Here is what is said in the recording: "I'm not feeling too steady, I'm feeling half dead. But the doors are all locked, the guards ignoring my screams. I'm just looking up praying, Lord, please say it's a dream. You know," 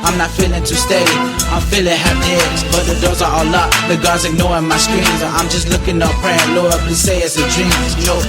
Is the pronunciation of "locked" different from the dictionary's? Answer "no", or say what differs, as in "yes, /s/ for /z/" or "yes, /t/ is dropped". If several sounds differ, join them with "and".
yes, /k/ is dropped